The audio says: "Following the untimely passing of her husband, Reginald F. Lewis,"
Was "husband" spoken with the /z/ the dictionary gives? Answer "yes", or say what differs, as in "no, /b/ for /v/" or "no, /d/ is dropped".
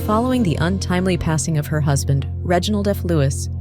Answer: yes